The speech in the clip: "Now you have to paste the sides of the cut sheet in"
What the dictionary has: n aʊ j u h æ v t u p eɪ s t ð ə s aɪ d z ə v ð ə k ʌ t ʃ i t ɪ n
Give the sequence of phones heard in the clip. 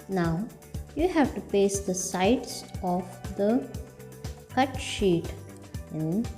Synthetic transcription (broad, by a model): n aʊ j u h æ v t u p eɪ s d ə s aɪ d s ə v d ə k ʌ t ʃ i t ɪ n